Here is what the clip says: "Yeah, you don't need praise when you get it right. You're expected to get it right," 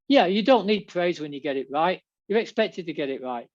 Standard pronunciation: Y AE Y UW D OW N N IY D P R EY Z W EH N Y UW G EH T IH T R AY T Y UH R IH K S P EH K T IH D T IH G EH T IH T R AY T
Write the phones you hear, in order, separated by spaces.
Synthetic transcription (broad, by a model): Y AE Y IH D OW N N IY D P R EY Z W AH N Y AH G EH T IH T R AY T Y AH R IH K S P EH K T IH D T IH G EH T IH T R AY T